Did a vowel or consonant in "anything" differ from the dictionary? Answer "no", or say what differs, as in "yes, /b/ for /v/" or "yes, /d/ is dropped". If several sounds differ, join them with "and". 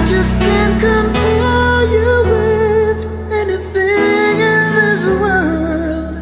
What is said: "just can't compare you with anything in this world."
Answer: no